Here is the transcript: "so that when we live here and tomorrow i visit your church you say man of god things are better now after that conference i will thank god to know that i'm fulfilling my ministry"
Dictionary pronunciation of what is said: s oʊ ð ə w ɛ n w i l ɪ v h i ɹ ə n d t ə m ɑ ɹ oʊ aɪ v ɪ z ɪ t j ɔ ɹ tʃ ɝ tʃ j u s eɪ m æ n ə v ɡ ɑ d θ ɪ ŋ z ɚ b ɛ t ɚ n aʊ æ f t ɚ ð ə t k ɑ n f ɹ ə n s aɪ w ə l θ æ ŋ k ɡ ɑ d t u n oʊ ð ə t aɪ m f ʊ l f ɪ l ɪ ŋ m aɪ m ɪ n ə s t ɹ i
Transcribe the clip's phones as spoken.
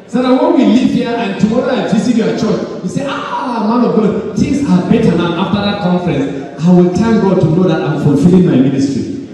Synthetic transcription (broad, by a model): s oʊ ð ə w ɛ n w i l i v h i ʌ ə n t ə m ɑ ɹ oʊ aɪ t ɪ s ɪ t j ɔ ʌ tʃ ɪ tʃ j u s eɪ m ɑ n ə v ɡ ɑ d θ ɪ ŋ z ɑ b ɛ t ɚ n aʊ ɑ f t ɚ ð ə t k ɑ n f ɹ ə n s aɪ w ə l t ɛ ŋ ɡ ɑ d t u n oʊ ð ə t aɪ m f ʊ l f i l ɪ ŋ m aɪ m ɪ n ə s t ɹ i